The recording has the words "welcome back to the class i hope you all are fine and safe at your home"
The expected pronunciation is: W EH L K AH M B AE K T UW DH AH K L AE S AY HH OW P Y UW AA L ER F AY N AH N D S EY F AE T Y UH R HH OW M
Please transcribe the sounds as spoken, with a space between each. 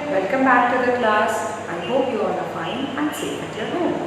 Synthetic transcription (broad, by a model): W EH L K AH M B AE K T UW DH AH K L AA S AY HH OW P Y UW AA N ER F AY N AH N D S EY EH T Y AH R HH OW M